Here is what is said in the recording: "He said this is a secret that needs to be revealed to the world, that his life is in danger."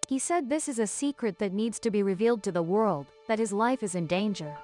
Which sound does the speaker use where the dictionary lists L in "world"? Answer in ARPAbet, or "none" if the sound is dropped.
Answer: L